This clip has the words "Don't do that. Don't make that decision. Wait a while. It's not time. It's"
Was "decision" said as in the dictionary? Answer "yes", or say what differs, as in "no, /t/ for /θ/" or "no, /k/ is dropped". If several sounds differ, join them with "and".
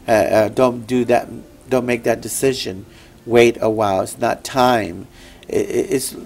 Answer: yes